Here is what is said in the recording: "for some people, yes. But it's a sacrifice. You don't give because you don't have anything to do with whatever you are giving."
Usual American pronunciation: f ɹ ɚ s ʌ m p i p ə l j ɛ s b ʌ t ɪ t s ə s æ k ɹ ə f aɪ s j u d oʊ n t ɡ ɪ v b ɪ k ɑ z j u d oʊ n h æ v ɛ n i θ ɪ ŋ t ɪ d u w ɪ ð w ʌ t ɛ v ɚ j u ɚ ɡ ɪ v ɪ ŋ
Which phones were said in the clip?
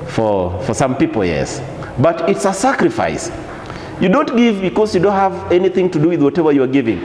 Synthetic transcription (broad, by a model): f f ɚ s ʌ m p i p l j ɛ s b ʌ t ɪ t s ə s æ k ɹ ə f aɪ s j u d oʊ n t ɡ ɪ v b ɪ k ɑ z j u d oʊ n h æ v ɛ n i θ ɪ ŋ t ɪ d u w ɪ ð w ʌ t ɛ v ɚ j u ɚ ɡ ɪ v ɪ ŋ